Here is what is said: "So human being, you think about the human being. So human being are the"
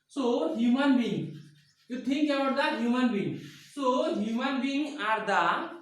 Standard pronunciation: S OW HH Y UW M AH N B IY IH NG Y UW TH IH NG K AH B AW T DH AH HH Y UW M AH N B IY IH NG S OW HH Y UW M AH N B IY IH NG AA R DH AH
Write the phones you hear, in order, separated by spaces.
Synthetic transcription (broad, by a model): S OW HH Y UW M AH N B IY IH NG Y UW T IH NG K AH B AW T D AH HH Y UW M AH N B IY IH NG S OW HH Y UW M AH N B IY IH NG AA R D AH